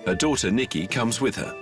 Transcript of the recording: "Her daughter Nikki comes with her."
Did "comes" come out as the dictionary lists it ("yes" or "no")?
yes